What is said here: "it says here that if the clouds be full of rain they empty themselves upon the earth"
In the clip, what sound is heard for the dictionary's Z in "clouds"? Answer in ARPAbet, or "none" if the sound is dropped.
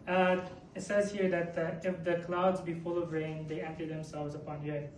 Z